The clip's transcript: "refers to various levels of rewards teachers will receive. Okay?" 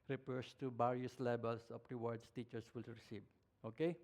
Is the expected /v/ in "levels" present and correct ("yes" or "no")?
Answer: no